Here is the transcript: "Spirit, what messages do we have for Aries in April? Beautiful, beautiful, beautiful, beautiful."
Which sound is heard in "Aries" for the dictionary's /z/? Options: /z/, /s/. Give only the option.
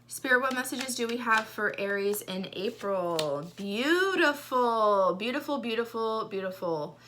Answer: /z/